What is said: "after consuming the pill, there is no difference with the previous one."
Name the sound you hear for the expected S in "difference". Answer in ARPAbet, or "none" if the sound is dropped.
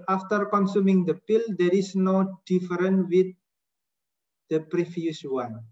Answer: none